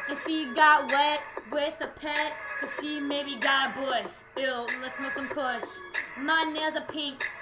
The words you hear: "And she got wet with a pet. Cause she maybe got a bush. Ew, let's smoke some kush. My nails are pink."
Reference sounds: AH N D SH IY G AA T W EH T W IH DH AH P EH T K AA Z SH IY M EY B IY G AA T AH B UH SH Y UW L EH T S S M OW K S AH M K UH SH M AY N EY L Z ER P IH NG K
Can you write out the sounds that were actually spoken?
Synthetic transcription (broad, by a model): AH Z SH IY G AA T W EH T W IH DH AH P EH T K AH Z SH IY M EY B IY G AA T AH B UH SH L L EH T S S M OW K S AH M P UH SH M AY N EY Z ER P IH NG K